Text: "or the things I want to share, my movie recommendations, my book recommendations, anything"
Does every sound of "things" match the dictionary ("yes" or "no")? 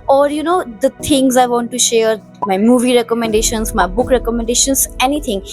no